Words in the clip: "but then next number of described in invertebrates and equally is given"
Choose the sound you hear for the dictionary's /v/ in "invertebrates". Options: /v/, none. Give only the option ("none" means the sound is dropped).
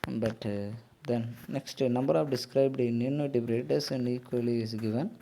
none